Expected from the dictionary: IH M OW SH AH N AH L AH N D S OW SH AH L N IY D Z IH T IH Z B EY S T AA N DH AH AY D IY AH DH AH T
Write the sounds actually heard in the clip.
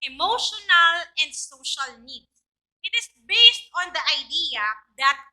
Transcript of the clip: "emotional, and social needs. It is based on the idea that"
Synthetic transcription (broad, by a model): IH M OW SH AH N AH L AH N D S OW SH AH L N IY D S IH T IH S B EY S T AA N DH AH AY D IY AH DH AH T